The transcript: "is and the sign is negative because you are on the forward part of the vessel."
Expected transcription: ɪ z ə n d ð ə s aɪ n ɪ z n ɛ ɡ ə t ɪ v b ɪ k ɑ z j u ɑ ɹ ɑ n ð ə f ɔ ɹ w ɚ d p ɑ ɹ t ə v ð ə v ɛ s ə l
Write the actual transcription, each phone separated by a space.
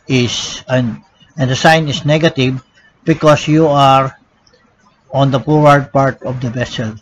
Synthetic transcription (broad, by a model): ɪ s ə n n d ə s aɪ n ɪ s n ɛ ɡ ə t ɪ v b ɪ k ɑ s j u ɑ ɹ ɑ n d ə p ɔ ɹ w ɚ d p ɑ ɹ t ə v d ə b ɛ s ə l